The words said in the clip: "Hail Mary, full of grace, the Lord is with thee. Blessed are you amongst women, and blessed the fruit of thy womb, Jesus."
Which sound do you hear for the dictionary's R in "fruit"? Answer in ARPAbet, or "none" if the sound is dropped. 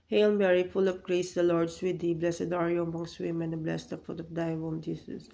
none